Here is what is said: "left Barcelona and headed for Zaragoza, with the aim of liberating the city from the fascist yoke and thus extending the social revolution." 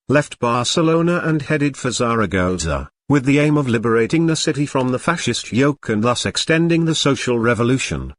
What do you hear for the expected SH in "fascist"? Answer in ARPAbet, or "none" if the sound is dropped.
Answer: SH